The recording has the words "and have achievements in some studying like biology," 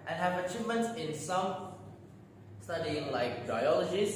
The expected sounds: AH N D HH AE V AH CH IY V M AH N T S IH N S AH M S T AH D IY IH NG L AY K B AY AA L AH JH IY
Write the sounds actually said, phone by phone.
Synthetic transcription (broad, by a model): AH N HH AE V AH CH IY V M AH N T S IH N S AH M S T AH D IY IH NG L AY K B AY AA L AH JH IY